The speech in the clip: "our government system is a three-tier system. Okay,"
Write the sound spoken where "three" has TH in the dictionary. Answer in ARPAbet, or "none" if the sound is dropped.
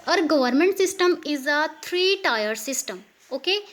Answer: T